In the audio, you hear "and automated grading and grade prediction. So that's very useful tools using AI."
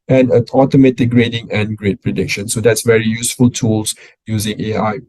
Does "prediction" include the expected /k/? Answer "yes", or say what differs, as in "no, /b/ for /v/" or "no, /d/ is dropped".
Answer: yes